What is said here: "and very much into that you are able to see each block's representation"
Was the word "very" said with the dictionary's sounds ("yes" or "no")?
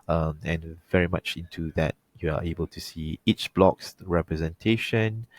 yes